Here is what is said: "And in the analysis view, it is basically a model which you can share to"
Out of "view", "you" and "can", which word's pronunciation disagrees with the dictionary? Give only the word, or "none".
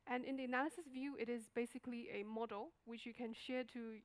none